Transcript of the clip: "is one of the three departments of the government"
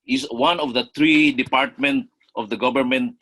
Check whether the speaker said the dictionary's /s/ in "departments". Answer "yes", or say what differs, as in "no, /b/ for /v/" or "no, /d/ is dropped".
no, /s/ is dropped